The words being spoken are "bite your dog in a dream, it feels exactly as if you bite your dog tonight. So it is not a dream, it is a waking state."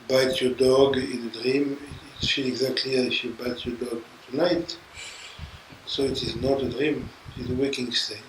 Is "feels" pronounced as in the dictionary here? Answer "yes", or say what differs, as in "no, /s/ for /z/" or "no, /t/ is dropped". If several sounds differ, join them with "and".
no, /z/ is dropped